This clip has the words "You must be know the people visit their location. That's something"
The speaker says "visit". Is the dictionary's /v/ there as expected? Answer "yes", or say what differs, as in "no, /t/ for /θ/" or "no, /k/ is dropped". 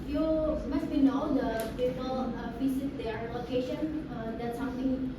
no, /f/ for /v/